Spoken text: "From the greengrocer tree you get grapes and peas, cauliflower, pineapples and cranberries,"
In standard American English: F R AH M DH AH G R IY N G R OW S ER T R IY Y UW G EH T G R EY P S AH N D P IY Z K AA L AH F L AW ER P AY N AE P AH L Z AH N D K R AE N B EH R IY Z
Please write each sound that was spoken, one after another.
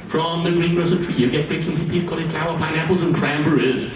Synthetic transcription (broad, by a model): F R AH M DH AH G R IY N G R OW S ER T R IY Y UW G EH T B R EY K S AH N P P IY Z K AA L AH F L AW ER P AY N AE P AH L Z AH N K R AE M B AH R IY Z